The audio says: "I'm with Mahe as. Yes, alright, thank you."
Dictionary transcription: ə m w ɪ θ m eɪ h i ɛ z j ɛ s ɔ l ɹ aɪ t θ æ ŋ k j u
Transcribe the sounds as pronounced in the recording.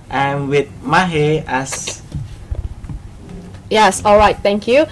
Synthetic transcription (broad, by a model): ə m w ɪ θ m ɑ h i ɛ s j ɛ s ɔ l ɹ aɪ t t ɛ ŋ k j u